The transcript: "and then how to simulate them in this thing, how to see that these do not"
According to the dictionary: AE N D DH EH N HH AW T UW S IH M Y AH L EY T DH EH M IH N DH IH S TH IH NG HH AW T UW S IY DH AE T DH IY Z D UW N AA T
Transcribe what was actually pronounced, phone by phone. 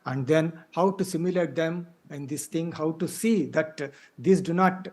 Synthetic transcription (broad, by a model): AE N D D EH N HH AW T UW S IH M Y AH L EY T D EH M IH N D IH S T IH NG HH AW T UW S IY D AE T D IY S D UW N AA T